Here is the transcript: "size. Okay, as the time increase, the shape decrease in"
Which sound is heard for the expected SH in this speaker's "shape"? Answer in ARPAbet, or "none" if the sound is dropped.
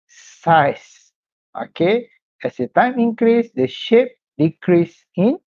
SH